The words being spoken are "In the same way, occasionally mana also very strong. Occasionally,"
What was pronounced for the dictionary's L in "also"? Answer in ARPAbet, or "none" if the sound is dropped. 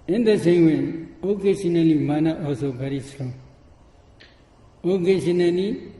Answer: none